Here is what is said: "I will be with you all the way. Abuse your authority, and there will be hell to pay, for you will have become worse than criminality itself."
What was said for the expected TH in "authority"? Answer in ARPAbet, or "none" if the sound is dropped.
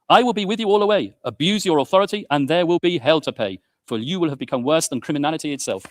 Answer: TH